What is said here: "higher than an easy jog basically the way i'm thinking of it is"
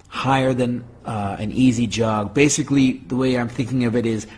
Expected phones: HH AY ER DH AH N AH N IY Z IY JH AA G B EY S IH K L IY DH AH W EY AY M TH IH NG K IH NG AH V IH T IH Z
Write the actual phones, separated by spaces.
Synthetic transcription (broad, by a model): HH AY ER DH AH N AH N IY Z IY JH AA G B EY S IH K L IY DH AH W EY AY M TH IH NG K IH NG AH V IH T IH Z